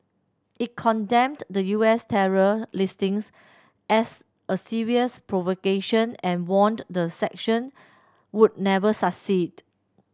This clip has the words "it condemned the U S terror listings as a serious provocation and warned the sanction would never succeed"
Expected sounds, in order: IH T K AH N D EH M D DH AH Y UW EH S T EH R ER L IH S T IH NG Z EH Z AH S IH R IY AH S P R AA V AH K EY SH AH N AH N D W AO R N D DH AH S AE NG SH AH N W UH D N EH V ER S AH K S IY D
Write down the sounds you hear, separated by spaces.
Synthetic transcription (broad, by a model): IH T K AH N D EH M D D AH Y UW EH S T EH R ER L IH S T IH NG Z EH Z AH S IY R IY AH S P R AA V AH K EY SH AH N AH N W AO N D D AH S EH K SH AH N W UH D N EH V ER S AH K S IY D